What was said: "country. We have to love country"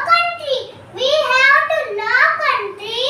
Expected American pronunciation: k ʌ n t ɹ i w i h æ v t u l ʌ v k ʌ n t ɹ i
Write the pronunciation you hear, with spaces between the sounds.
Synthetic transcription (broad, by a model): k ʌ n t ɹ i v i h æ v t u n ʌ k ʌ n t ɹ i